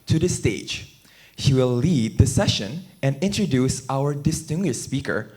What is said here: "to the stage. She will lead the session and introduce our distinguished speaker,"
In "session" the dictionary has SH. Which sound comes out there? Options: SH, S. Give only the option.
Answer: SH